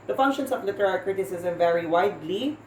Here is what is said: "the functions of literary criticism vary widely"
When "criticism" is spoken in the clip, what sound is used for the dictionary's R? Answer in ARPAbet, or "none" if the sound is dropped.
R